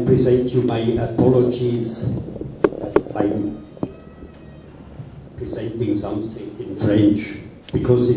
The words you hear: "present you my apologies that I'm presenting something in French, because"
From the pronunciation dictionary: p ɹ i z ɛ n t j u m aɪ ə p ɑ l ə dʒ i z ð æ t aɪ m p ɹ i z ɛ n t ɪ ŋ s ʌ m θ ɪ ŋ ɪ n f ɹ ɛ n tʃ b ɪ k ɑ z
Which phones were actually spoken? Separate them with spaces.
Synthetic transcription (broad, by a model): p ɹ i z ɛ n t j u m aɪ ə p ɑ l ə dʒ i z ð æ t aɪ m p ɹ i z ɛ n t ɪ ŋ s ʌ m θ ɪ ŋ ɪ n f ɹ ɛ n tʃ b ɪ k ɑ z